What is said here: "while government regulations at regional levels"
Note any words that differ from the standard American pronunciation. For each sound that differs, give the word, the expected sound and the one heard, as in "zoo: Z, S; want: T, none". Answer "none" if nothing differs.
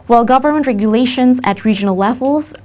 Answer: none